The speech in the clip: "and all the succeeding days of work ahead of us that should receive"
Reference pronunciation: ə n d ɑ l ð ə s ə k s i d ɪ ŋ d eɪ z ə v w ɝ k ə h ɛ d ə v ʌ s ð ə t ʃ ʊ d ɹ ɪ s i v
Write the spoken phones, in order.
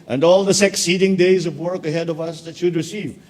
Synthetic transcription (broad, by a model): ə n d ɑ l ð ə s ə k s i d ɪ ŋ d eɪ z ə v w ɝ k ə h ɛ d ə v ʌ s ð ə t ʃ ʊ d ɹ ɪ s i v